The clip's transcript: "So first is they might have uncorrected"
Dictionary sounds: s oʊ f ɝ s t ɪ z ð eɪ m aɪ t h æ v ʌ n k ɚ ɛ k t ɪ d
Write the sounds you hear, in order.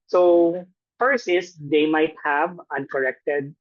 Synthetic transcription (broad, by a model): s oʊ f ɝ s ɪ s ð eɪ m aɪ t h æ v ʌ n k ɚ ɛ k t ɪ d